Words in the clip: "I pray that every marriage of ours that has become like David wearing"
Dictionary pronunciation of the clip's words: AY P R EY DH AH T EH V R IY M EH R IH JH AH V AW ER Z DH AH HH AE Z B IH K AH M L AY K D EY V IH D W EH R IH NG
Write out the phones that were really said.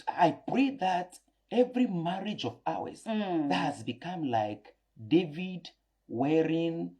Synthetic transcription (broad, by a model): AY P R EY DH AH T EH V R IY M EH R IH JH AH V AW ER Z DH AH HH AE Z B IH K AH M L AY K D EY V IH D W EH R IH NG